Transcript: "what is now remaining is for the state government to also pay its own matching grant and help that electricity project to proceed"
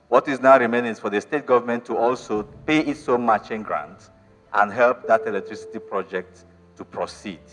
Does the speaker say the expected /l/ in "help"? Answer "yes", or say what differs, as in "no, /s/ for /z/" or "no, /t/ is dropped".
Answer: yes